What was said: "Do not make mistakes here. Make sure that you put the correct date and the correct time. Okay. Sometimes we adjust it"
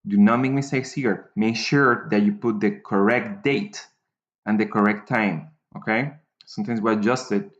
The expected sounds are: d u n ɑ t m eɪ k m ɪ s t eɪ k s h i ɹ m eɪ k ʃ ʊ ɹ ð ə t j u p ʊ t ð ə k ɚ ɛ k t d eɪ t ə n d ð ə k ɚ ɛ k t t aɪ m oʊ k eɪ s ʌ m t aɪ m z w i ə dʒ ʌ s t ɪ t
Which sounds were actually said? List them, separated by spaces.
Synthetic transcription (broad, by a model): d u n ɑ t m eɪ k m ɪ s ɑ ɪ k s h i ɹ m eɪ k ʃ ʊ ɹ ð ə t j u p ʊ t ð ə k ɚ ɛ k t d eɪ t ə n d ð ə k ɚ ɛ k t t aɪ m oʊ k eɪ s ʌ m t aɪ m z w i ə dʒ ʌ s t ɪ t